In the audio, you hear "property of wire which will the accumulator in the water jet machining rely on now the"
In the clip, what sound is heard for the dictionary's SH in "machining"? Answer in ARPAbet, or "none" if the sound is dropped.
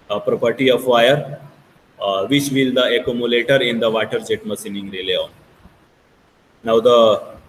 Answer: S